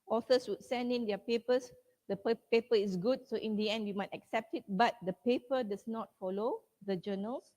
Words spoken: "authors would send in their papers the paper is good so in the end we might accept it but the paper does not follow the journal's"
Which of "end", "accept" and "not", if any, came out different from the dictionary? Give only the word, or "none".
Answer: none